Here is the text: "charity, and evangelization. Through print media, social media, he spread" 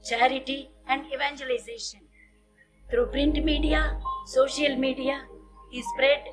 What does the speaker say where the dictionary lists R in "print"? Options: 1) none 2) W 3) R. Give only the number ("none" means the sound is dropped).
3